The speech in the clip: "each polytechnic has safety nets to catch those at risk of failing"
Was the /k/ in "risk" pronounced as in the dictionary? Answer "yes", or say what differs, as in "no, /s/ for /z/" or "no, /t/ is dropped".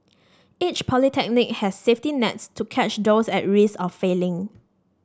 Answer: no, /k/ is dropped